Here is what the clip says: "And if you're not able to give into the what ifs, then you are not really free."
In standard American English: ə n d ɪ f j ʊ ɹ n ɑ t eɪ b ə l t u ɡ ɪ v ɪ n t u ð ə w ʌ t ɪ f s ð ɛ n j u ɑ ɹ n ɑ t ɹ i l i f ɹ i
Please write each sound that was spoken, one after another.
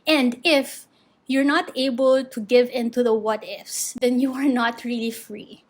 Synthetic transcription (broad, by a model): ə n d ɪ f j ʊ ɹ n ɑ t eɪ b ə l t u ɡ ɪ v ɪ n t u ð ə w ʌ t ɪ f s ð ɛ n j u ɑ ɹ n ɑ t ɹ i l i f ɹ i